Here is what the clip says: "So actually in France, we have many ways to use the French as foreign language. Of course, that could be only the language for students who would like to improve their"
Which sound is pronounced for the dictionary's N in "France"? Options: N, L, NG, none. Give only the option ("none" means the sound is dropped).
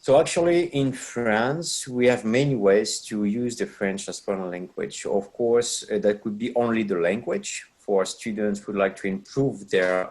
N